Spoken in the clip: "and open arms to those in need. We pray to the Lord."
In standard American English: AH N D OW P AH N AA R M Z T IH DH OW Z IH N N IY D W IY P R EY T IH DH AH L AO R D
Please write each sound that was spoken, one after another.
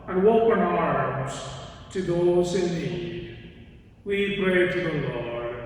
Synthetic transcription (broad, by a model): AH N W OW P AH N AA R M Z T IH DH OW Z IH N N IY D W IY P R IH T IH DH AH L AO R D